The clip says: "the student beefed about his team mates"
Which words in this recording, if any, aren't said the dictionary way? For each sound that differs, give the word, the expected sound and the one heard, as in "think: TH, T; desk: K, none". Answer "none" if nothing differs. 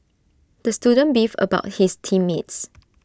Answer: beefed: T, none; his: Z, S